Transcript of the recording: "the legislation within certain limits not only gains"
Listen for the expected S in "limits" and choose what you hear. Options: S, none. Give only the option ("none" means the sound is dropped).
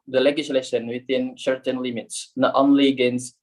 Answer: S